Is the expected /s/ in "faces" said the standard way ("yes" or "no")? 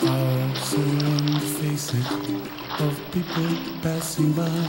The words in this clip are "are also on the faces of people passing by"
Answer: yes